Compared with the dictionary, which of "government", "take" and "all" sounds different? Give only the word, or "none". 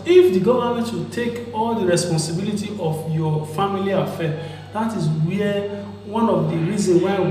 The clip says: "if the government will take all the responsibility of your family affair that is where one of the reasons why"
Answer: government